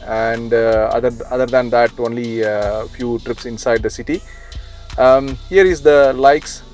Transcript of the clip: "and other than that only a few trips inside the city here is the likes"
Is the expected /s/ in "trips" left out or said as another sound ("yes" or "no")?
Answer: no